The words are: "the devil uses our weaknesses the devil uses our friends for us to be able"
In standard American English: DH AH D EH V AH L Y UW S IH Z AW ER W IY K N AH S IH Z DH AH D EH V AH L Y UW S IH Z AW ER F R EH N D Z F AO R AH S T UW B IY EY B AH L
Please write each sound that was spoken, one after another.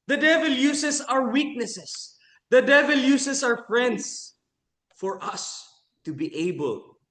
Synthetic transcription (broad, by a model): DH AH D EH V AH L Y UW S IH S AW ER W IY K N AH S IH S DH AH D EH V AH L Y UW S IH S AW ER F R EH N D S F AO R AH S T UW B IY EY B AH L